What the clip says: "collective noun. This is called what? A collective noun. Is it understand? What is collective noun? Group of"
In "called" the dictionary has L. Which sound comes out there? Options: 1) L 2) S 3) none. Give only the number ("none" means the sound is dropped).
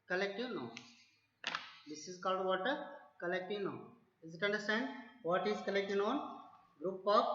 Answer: 1